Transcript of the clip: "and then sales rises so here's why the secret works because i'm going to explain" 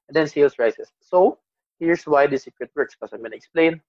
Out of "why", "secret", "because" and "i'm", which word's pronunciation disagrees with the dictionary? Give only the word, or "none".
because